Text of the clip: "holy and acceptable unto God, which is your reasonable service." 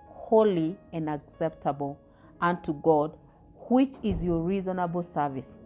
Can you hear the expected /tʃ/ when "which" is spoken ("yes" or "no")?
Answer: yes